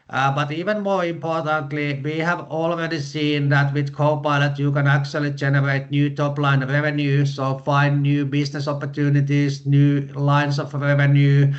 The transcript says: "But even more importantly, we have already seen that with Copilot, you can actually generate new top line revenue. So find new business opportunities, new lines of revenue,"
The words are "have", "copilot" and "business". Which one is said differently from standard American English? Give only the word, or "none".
business